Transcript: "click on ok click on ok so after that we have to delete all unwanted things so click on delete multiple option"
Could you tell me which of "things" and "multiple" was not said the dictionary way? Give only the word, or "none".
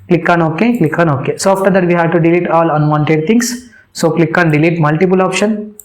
things